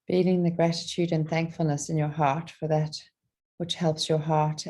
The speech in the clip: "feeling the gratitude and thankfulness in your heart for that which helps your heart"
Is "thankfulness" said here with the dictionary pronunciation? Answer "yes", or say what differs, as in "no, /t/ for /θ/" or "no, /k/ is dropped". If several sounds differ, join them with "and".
yes